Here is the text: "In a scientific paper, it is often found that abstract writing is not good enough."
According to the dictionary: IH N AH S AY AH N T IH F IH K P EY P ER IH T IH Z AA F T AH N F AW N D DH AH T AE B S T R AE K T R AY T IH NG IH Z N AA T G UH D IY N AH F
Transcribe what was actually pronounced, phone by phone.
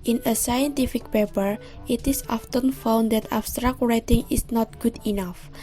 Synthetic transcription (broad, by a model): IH N AH S AY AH N T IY F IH K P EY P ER IH T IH S AA F T AH N F AW N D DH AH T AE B S T R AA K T R AY T IH NG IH S N AA T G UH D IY N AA F